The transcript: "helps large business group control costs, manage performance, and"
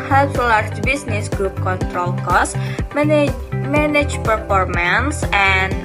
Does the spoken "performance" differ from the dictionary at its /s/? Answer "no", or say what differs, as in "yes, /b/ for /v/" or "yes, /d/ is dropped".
no